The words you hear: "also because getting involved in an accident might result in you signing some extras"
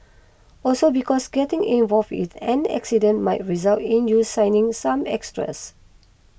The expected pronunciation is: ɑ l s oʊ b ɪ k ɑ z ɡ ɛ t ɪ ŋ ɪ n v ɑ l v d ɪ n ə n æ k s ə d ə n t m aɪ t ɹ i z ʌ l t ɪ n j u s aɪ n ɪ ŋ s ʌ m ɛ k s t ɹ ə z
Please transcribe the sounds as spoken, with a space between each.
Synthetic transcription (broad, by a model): ɑ l s oʊ b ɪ k ɑ s ɡ ɛ t ɪ ŋ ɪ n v ɑ l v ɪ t ə n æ k s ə d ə n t m aɪ t ɹ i z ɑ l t ɪ n j u s aɪ n ɪ ŋ s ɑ m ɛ k s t ɹ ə s